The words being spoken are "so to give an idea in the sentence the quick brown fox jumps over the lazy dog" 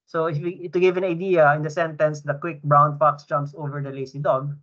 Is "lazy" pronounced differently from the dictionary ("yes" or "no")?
yes